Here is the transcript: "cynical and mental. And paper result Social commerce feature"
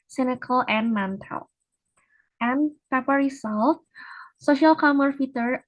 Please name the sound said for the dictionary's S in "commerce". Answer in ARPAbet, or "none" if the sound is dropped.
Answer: none